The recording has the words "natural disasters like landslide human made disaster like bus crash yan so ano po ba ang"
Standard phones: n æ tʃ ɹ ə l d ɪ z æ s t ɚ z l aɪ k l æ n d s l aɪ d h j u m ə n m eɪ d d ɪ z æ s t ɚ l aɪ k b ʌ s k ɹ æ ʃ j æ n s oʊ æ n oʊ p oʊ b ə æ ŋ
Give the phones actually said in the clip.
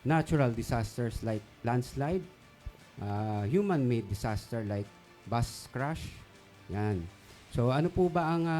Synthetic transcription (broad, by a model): n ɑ tʃ ɹ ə l d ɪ s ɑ s t ɚ s l aɪ k l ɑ n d s l aɪ d h j u m ə n m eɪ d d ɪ s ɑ s t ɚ l aɪ k b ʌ s k ɹ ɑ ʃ j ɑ n s oʊ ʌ n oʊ p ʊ b ə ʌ ŋ